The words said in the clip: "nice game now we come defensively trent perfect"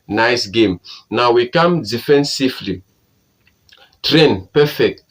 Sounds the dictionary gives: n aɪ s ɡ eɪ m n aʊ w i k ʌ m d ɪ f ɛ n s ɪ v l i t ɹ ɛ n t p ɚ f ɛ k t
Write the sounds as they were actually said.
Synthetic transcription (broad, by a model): n aɪ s ɡ eɪ m n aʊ w i k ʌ m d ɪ f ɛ n s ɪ f l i t ɹ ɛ n p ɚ f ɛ k t